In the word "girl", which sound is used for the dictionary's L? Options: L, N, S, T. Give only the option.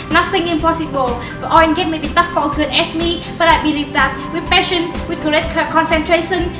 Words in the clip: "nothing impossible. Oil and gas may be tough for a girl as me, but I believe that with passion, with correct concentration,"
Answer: N